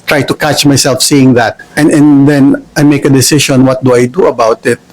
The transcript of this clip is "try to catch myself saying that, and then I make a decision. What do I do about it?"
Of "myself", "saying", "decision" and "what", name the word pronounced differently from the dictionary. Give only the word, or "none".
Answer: decision